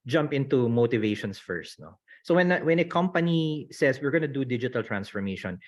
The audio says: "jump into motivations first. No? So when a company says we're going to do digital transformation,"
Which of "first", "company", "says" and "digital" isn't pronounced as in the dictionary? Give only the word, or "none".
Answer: says